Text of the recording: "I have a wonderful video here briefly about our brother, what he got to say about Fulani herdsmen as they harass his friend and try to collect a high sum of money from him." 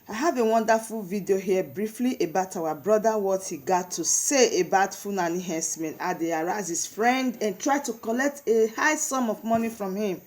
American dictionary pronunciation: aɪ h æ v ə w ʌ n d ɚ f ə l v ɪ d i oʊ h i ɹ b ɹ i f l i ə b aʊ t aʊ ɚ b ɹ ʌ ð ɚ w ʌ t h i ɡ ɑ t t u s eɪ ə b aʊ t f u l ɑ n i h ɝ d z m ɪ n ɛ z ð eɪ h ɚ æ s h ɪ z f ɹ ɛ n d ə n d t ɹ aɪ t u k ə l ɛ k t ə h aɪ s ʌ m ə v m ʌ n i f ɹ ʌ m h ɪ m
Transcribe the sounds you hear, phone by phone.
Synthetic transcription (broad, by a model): aɪ h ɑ v ə w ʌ n d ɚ f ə l v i d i oʊ h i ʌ b ɹ i f l i ə b aʊ t aʊ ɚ b ɹ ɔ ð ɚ w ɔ t h i ɡ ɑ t t u s eɪ ə b aʊ t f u n ɑ n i h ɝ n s m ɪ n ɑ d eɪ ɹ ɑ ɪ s h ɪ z f ɹ ɛ n d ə n t ɹ aɪ t u k ə l ɛ k t ə h aɪ s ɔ m ə v m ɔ n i f ɹ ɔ m h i m